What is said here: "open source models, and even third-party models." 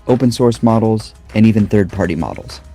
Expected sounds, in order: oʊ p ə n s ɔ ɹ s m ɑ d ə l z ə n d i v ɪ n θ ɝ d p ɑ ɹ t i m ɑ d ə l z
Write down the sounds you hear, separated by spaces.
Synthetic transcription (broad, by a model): oʊ p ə n s ɔ ɹ s m ɑ d l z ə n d i v ɪ n θ ɝ d p ɑ ɹ t i m ɑ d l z